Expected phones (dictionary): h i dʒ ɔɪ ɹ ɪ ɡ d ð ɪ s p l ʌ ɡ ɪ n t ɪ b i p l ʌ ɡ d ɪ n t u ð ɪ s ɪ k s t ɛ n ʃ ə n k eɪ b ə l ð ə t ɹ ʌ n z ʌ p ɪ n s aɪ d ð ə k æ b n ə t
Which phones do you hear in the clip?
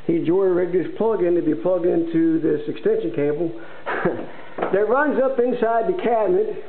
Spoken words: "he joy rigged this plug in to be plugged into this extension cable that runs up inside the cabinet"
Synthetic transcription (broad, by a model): h i dʒ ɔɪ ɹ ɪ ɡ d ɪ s p l ʌ ɡ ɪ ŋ t ɪ b i p l ʌ ɡ d ɪ n t u ð ɪ s ɪ k s t ɛ n ʃ ə n k eɪ b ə l ð ə t ɹ ʌ n z ʌ p ɪ n s aɪ d ð ə k æ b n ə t